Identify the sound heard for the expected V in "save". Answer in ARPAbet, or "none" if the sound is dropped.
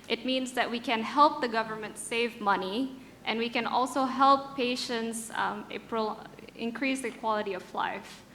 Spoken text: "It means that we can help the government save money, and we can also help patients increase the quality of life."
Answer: V